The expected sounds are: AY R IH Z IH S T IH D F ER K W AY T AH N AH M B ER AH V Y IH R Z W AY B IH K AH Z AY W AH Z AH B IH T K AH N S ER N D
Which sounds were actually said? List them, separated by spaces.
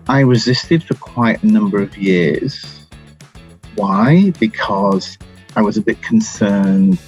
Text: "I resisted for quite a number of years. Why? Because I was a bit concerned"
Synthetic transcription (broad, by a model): AY R IH Z IH S T IH D F ER K W AY T AH N AH M B ER AH V Y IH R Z W AY B IH K AH Z AY W AH Z AH B IH T K N S ER N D